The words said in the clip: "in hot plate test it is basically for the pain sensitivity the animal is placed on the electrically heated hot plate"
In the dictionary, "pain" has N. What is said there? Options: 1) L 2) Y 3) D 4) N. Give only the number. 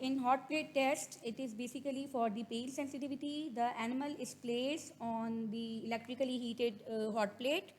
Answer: 1